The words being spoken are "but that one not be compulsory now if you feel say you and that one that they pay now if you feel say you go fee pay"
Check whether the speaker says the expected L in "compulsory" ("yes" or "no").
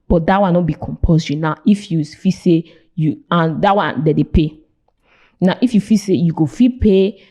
no